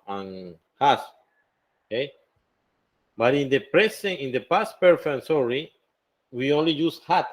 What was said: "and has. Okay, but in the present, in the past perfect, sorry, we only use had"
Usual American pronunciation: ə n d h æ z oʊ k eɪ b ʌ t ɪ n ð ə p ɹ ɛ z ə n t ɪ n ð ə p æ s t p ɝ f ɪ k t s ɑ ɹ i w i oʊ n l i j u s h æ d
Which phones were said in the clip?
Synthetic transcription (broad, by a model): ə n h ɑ s oʊ k eɪ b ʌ t ɪ n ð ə p ɹ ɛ s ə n ɪ n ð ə p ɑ s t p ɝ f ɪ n s ɑ ɹ i w i oʊ n l i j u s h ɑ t